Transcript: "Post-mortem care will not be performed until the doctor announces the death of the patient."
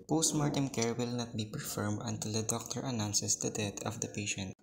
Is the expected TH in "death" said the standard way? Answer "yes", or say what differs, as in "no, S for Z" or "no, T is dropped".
no, T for TH